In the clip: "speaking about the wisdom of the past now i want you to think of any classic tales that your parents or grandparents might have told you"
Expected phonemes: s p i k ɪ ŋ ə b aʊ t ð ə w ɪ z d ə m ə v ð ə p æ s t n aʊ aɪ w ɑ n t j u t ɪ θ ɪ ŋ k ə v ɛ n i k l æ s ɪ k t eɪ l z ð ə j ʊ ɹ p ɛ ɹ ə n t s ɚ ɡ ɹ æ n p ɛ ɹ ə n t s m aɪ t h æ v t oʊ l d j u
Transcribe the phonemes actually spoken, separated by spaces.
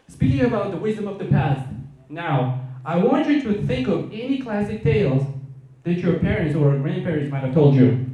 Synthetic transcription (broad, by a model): s p i k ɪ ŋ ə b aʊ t ð ə w ɪ z d ə m ə v ð ə p æ s t n aʊ aɪ w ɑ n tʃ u t ɪ θ ɪ ŋ k ə v ɛ n i k l æ s ɪ k t eɪ l z ð ə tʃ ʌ ɹ p ɛ ɹ ə n t s ɚ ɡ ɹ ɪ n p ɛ ɹ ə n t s m aɪ t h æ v t oʊ l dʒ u